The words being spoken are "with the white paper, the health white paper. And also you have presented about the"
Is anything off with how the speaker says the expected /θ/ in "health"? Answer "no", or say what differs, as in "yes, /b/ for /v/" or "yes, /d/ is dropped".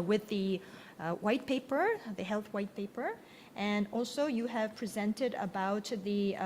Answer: no